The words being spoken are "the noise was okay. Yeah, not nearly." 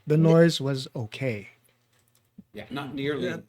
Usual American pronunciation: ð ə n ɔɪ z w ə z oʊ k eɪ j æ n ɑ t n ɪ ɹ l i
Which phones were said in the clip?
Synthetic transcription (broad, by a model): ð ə n ɔɪ z w ə z oʊ k eɪ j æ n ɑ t n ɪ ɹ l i